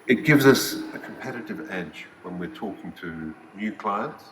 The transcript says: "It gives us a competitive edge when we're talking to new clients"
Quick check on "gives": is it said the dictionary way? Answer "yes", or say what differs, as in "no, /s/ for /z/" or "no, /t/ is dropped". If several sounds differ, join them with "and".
yes